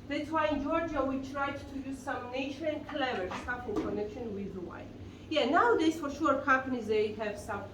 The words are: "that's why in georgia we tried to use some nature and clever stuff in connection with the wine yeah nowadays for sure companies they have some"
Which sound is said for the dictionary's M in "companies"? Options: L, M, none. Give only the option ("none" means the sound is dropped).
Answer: none